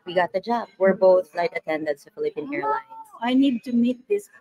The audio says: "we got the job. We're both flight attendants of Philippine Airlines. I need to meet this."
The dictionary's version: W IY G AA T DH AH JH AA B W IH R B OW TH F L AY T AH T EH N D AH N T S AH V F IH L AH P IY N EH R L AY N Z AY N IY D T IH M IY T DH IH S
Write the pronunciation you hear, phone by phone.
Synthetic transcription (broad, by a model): W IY G AA T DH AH JH AA B W IH R B OW TH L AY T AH T EH N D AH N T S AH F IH L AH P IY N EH R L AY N AY N IY D T IH M IY T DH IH S